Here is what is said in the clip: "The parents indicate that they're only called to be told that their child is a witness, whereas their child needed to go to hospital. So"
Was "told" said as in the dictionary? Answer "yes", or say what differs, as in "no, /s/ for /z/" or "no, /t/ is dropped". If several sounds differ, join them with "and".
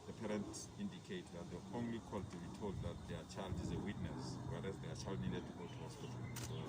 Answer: yes